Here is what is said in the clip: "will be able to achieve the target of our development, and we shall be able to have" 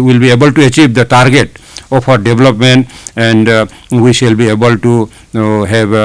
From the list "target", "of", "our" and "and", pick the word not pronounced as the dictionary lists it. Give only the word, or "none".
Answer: of